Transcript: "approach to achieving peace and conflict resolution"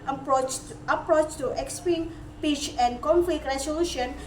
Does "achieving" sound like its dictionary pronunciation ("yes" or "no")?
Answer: no